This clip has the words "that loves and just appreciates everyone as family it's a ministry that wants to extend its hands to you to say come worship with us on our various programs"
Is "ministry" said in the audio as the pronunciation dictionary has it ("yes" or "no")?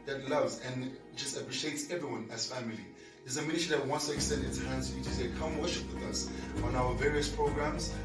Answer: no